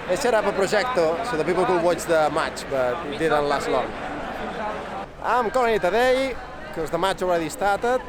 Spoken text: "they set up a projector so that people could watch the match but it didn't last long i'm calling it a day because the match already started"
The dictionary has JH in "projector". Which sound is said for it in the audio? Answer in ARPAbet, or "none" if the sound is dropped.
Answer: ZH